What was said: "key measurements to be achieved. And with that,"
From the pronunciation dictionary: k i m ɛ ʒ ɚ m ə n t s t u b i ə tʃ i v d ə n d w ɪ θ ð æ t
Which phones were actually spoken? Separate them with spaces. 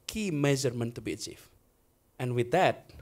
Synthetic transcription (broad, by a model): k i m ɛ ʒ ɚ m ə n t t u b i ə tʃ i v ə n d w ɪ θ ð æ t